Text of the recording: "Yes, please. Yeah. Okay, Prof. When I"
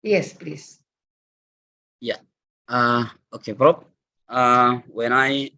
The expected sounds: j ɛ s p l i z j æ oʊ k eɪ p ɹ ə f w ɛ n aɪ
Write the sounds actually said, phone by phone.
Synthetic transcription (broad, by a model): j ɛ s p l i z j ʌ oʊ k eɪ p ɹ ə p w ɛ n aɪ